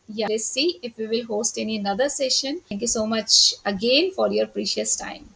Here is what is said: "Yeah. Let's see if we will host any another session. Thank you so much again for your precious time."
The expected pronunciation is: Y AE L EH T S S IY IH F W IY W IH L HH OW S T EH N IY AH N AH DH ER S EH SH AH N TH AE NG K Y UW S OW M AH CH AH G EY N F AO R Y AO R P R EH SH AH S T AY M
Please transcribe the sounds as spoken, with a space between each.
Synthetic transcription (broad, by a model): Y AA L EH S S IY IH F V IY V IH L HH OW S T EH N IY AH N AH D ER S EH SH AH N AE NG K Y UW S OW M AH CH AH G EY N F AO R Y AO R P R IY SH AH S T AY M